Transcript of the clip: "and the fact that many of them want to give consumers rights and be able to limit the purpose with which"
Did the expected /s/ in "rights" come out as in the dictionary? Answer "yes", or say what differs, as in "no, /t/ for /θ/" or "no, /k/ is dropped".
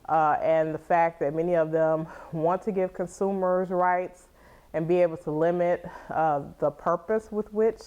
yes